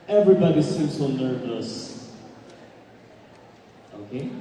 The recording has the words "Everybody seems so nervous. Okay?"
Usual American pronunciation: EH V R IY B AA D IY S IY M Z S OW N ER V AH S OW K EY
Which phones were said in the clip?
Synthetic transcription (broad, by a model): EH V R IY B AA D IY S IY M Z S OW N ER V AH S OW K EY